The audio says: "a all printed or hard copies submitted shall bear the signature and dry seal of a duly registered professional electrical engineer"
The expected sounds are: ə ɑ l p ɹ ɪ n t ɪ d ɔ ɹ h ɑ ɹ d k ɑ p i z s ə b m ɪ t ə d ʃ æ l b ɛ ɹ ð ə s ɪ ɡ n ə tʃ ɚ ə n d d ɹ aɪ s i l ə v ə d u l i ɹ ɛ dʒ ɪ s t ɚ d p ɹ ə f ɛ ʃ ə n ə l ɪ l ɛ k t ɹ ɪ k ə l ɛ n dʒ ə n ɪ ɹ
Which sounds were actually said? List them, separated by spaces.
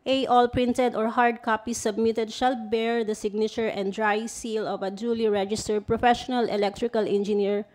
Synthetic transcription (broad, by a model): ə ɑ l p ɹ ɪ n t ɪ d ɔ ɹ h ɑ ɹ d k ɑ p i s ə b m ɪ t ə d ʃ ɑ l b ɛ ɹ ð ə s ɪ ɡ n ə tʃ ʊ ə n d d ɹ aɪ s i l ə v ə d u l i ɹ ɛ dʒ ɪ s t ɚ d p ɹ ə f ɛ ʃ ə n ə l ɪ l ɛ k t ɹ ɪ k ə l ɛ n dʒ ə n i ɹ